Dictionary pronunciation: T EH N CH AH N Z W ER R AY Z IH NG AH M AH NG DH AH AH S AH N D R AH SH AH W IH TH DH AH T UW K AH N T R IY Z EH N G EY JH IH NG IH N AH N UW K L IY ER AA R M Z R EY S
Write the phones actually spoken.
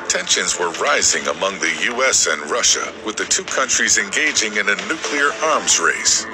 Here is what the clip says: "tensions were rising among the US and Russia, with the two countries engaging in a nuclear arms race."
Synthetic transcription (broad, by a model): T EH N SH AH N Z W ER R AY Z IH NG AH M AH NG DH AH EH S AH N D R AH SH AH W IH DH AH T UW K AH N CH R IY Z EH N G EY JH IH NG IH N AH N UW K L IY ER AA R M Z R EY S